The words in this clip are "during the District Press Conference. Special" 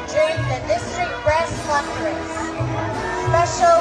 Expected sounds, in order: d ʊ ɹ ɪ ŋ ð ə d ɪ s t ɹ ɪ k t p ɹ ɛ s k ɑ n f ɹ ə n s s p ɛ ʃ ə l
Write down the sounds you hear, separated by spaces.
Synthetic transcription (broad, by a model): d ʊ ɹ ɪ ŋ ð ə d ɪ s t ɹ ɪ k t b ɹ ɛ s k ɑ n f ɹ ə s s p ɛ ʃ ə l